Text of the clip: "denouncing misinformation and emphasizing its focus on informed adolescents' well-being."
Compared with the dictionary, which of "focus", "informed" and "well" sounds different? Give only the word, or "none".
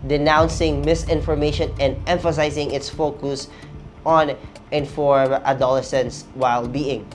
informed